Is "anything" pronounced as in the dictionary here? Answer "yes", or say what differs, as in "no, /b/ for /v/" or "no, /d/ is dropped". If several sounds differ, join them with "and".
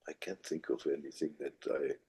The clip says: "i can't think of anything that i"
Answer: yes